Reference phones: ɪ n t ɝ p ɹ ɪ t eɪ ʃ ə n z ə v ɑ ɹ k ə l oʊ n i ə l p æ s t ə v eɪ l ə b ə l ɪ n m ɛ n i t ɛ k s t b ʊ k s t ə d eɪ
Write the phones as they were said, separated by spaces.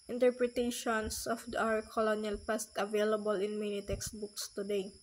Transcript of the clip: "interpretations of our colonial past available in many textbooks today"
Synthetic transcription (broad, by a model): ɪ n t ɝ p ɹ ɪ t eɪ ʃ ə n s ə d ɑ w k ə l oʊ n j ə l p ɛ s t ə v eɪ l ə b ə l ɪ n m ɛ n i t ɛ k s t b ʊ k s t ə d eɪ